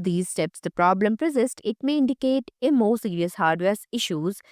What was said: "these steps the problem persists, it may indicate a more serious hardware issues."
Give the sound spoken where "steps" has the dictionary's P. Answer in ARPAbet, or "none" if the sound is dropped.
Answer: P